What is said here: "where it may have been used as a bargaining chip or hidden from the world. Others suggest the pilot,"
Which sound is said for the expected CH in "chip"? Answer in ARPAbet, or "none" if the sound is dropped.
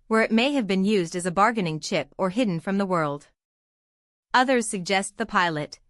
CH